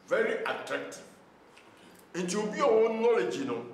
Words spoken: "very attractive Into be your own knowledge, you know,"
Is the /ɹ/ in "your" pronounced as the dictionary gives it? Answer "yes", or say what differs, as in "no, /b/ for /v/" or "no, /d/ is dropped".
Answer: no, /w/ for /ɹ/